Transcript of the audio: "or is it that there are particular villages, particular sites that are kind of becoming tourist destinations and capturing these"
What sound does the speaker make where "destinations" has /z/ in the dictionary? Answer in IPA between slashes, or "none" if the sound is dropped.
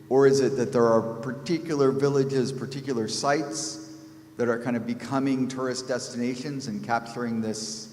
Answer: /z/